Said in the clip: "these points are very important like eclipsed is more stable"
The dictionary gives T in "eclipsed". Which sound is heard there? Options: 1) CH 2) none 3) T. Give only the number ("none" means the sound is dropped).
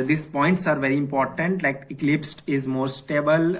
3